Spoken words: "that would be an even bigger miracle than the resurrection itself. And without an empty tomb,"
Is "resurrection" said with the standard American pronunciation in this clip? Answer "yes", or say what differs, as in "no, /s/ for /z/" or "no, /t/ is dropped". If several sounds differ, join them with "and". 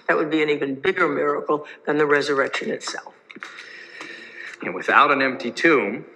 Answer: yes